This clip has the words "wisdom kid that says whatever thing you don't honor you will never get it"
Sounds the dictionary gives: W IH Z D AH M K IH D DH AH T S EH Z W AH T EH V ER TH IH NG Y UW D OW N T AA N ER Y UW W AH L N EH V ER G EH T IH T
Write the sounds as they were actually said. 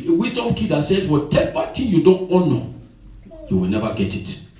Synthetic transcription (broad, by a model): W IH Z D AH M K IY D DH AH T S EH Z W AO T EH V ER T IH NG Y UW D OW N T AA N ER Y UW W AH L N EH V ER G EH T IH T